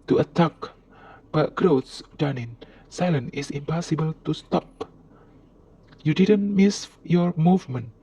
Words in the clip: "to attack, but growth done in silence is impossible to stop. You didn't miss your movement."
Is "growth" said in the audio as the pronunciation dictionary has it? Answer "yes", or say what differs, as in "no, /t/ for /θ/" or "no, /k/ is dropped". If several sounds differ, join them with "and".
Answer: no, /s/ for /θ/